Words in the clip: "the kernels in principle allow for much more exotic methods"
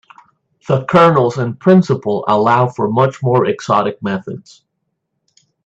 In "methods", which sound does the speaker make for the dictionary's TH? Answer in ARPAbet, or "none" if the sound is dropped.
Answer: TH